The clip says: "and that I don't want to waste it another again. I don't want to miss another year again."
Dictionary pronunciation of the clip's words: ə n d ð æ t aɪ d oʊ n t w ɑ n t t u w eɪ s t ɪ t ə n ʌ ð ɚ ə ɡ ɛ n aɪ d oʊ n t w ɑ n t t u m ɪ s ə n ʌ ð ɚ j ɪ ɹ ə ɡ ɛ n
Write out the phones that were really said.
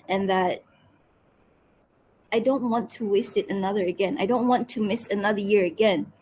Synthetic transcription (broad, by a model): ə n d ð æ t aɪ d oʊ n t w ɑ n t t u w eɪ s t ɪ t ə n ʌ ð ɚ ə ɡ ɛ n aɪ d oʊ n t w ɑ n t t u m ɪ s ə n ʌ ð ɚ j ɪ ɹ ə ɡ ɛ n